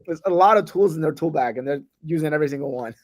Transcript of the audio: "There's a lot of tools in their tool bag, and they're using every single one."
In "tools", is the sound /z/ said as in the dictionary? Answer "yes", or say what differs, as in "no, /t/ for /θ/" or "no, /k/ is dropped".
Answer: yes